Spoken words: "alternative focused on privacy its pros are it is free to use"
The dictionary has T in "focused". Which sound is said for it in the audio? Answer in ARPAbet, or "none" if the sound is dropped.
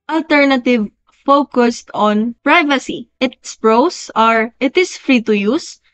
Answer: T